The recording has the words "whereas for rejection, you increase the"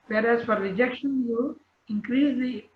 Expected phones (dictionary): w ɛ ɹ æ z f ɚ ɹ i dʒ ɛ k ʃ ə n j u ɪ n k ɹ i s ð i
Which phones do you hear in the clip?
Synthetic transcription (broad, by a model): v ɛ ɹ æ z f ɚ ɹ i dʒ ɛ k ʃ ə n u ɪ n k ɹ i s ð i